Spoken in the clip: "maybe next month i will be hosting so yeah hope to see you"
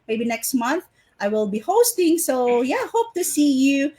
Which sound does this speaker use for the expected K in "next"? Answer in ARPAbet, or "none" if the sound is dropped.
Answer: K